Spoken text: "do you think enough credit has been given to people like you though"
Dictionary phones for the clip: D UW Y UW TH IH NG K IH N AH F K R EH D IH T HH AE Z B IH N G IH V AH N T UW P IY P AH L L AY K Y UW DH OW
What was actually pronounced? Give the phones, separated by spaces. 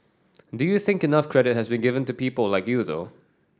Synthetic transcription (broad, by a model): D UW Y UW TH IH NG K IH N AH F K R EH D IH T HH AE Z B IH N G IH V AH N T UW P IY P AH L L AY K Y UW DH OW